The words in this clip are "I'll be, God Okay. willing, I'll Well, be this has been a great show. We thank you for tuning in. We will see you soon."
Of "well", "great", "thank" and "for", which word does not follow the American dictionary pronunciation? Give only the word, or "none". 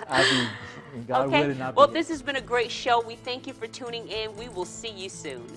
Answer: none